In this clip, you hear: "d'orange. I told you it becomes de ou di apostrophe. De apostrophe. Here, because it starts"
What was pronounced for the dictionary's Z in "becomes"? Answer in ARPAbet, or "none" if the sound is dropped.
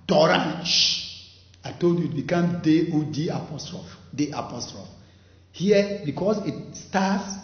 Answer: none